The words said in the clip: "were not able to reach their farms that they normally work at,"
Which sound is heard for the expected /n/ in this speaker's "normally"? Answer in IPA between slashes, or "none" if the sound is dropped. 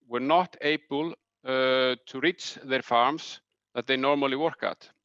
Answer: /n/